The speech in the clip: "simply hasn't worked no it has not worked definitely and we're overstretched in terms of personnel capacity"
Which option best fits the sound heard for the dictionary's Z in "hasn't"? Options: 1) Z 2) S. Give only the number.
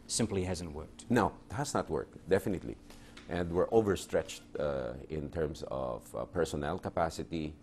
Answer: 1